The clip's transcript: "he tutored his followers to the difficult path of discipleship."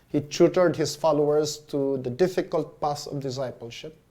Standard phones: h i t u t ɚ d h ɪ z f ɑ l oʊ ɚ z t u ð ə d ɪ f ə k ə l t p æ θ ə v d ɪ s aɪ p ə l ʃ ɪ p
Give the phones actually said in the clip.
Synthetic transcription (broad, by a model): h i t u t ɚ d h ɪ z f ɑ l oʊ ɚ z t u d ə d ɪ f ə k ə l t p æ s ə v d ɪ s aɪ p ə l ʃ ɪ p